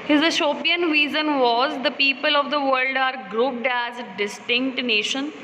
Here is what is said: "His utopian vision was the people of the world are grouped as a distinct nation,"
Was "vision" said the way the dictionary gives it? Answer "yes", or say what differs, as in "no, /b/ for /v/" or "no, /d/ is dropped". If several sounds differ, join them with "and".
no, /z/ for /ʒ/